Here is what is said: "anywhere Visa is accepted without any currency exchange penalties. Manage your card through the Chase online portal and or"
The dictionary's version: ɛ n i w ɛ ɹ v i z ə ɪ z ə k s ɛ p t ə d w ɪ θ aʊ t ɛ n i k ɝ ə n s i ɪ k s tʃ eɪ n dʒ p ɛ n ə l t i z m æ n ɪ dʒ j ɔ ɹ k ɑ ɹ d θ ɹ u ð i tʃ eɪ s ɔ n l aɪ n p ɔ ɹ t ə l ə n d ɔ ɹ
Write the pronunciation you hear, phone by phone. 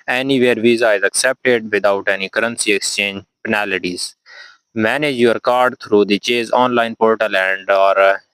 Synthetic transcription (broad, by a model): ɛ n i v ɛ ɹ v i z ə ɪ z ə k s ɛ p t ə d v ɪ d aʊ t ɛ n i k ɝ ə n s i ɪ k s tʃ eɪ n dʒ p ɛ n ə l t i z m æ n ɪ dʒ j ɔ ɹ k ɑ ɹ d t ɹ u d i tʃ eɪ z ɔ n l aɪ n p ɔ ɹ t ə l ə n d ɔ ɹ